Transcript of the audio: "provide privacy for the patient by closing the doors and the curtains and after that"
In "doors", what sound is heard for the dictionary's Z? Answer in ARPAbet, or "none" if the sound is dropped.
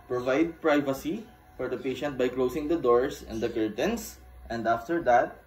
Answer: S